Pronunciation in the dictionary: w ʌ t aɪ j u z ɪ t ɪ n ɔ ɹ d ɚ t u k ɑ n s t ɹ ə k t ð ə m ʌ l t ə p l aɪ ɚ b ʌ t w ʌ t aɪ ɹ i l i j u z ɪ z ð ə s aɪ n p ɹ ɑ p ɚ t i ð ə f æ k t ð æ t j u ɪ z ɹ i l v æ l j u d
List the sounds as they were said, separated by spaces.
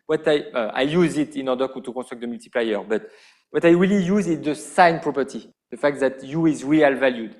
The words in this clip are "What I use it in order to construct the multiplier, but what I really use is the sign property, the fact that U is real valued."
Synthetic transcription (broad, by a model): w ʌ t aɪ j u z ɪ t ɪ n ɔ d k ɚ t u k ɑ s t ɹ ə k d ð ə m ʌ l t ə p l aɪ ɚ b ʌ t w ʌ t aɪ ɹ i l i j u z ɪ z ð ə s aɪ n p ɹ ɑ p ɚ t i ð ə f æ k t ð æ t j u ɪ z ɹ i l v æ l j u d